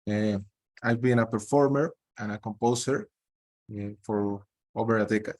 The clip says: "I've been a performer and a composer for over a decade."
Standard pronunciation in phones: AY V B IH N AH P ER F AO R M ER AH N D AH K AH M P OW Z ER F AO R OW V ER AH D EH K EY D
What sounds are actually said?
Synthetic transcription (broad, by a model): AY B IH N AH P ER F AO R M ER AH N AH K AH M P OW S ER F AO R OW B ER AH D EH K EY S